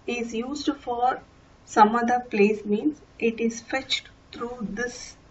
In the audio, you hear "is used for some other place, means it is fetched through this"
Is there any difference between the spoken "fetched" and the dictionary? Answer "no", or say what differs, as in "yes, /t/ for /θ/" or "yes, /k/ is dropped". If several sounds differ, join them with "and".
no